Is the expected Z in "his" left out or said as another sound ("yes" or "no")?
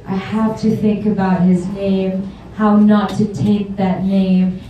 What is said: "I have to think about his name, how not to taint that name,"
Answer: no